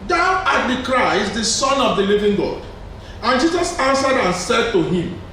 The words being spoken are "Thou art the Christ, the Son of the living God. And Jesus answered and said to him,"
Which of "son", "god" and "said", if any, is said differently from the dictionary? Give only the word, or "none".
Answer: none